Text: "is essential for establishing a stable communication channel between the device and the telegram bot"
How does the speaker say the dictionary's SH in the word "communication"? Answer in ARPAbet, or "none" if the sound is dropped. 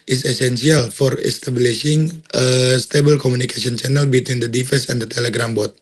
S